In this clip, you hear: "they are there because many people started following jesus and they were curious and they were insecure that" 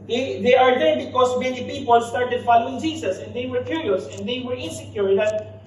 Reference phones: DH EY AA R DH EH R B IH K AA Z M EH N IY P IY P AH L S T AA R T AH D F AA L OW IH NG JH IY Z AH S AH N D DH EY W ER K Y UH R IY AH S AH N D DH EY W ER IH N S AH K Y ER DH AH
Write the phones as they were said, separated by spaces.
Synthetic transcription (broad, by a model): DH EY AA R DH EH R B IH K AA S M EH N IY P IY P AH L S T AA R T AH D F AA L OW IH NG JH IY S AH S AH N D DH EY W ER K Y UH R IY AH S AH N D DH EY W ER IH N S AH K Y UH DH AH